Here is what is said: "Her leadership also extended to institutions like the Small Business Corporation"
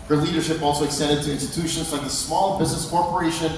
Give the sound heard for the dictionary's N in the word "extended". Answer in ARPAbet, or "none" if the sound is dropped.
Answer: none